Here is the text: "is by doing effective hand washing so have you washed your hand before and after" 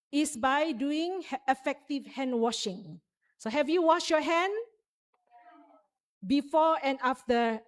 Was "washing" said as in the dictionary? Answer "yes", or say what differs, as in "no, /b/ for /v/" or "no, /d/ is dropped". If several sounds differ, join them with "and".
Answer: yes